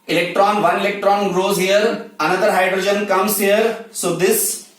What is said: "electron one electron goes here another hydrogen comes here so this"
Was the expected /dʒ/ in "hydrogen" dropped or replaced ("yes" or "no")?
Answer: no